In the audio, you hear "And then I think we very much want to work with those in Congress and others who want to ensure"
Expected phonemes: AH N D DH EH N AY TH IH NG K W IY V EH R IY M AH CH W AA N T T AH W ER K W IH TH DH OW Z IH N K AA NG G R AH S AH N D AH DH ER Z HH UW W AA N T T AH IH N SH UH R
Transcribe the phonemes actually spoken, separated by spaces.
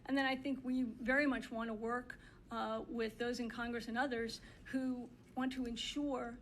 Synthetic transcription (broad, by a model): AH N DH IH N AY TH IH NG K W IY V EH R IY M AH CH W AA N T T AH W ER K W IH DH OW Z IH N K AA NG G R AH S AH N AH DH ER Z HH UW W AA N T T AH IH N SH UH R